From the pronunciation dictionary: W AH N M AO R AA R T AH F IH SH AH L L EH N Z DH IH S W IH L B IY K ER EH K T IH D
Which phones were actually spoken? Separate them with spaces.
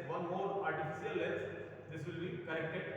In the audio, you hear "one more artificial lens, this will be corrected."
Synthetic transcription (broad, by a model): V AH N M AO R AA R T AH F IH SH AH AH L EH Z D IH S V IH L B IY K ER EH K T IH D